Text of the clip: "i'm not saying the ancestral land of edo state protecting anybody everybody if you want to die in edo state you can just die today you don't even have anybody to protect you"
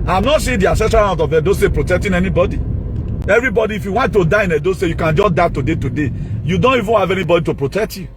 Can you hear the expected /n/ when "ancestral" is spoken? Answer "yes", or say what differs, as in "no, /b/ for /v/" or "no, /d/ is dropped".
no, /n/ is dropped